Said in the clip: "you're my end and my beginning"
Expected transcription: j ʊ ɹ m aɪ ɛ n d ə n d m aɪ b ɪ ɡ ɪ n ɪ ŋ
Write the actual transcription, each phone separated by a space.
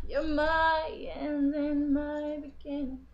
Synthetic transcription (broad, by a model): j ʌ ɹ m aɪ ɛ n ə n m aɪ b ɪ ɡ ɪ n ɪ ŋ